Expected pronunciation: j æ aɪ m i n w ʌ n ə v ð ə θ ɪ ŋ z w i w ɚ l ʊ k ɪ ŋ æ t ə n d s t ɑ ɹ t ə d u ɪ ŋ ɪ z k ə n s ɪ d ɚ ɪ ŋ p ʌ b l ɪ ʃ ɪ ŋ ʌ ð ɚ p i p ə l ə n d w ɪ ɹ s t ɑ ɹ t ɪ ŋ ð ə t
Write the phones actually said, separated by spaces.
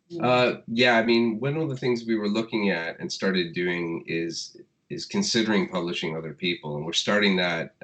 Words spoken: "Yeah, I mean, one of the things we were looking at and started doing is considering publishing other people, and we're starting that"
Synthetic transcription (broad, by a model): j æ aɪ m i n w ʌ n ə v ð ə θ ɪ ŋ z w i w ɚ l ʊ k ɪ ŋ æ t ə n s t ɑ ɹ t ə d u ɪ ŋ ɪ z k ə n s ɪ d ɚ ɪ ŋ p ʌ b l ɪ ʃ ɪ ŋ ʌ ð ɚ p i p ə l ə n w ɪ ɹ s t ɑ ɹ t ɪ ŋ ð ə t